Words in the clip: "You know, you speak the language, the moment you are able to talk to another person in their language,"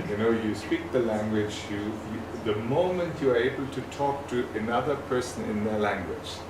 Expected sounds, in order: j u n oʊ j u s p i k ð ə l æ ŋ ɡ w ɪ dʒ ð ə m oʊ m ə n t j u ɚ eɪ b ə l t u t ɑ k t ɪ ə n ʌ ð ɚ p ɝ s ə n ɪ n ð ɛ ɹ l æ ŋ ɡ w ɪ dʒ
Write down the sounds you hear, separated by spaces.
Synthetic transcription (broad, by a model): j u n oʊ j u s p i k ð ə l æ ŋ ɡ w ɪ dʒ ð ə m oʊ m ə n t j u ɚ eɪ b ə l t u t ɑ k t ɪ ə n ʌ ð ɚ p ɝ s ə n ɪ n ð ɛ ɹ l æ ŋ ɡ w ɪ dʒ